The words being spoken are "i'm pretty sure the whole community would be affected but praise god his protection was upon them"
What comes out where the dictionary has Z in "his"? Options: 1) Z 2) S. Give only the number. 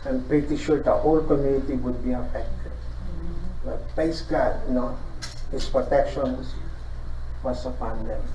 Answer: 2